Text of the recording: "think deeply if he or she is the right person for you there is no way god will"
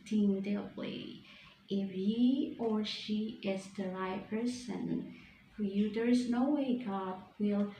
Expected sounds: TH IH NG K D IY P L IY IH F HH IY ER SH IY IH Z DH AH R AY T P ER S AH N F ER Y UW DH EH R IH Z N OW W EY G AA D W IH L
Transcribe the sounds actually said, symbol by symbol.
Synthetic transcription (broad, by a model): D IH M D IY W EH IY IH F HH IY ER SH IY IH Z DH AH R AY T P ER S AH N F ER Y UW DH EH R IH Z N OW W EY G AA D W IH L